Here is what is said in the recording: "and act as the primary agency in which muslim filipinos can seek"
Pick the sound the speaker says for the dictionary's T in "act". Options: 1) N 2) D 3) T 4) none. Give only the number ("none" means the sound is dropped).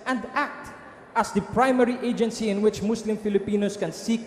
3